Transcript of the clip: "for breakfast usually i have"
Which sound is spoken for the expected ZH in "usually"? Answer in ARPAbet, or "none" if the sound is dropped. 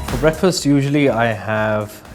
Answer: ZH